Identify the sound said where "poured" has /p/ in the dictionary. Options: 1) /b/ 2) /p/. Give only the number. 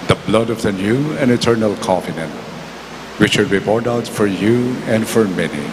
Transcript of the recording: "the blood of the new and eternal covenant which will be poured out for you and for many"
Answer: 1